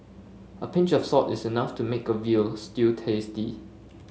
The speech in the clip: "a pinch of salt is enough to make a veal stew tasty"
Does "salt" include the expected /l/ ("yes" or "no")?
no